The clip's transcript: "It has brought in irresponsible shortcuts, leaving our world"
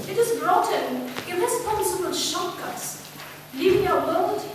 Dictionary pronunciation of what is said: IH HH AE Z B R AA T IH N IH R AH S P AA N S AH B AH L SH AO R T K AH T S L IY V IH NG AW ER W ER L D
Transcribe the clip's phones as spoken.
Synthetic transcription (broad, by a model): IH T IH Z B R AA T IH N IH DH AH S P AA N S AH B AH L SH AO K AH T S L IY V IH NG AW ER W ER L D